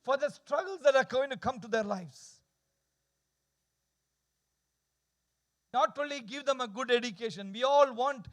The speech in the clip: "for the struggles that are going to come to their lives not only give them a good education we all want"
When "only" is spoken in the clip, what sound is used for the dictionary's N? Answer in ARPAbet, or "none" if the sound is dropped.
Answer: none